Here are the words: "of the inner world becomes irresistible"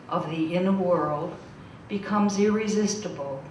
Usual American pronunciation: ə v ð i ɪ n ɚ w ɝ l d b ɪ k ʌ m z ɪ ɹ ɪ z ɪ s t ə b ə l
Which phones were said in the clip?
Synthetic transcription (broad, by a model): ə v ð i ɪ n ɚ w ɝ l d b ɪ k ʌ m z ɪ ɹ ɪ z ɪ s t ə b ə l